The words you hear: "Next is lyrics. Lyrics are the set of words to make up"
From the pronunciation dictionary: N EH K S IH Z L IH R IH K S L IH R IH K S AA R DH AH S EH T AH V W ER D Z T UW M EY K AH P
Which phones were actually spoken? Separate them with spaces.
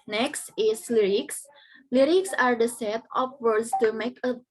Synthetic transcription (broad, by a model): N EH K S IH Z L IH R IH K S L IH R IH K S AA R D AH S EH T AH P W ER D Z T UW M EY K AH